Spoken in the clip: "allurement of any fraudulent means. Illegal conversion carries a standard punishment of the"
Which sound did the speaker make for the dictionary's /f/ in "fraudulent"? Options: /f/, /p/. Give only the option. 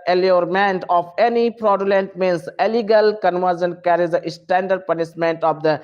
/p/